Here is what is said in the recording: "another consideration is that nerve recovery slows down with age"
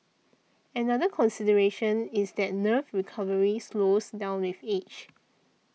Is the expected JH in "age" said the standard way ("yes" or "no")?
no